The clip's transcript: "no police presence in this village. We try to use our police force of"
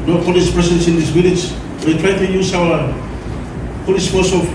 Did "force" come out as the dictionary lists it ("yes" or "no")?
no